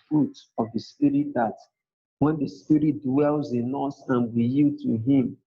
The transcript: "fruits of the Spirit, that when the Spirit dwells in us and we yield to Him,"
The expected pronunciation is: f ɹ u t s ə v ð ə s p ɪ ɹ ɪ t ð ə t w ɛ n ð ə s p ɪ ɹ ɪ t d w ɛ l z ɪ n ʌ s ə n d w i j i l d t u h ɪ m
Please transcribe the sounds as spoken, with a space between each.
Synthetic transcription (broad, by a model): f ɹ u t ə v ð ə s p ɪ ɹ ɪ t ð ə t w ɛ n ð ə s p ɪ ɹ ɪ t d w ɛ l z ɪ n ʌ s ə n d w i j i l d t u h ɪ m